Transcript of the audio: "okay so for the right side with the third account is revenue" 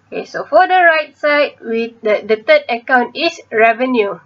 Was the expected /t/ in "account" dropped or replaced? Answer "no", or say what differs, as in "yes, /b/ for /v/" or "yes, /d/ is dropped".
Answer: no